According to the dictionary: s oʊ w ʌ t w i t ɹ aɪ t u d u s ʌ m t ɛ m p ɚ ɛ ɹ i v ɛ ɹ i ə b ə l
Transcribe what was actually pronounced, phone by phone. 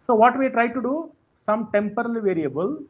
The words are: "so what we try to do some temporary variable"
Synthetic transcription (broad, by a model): s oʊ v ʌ t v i t ɹ aɪ t u d u s ʌ m t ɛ m p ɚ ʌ l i v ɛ ɹ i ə b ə l